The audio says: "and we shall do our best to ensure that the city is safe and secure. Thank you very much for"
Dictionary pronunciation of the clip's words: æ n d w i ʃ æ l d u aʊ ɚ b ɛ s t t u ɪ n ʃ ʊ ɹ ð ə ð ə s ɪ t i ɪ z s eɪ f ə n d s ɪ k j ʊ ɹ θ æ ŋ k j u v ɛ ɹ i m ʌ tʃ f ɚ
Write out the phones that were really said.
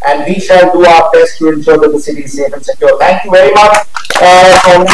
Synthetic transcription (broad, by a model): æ n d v i ʃ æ l d u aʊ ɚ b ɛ s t t u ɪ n s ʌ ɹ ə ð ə s ɪ t i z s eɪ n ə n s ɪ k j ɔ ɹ t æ ŋ k j u v ɛ ɹ i m ʌ tʃ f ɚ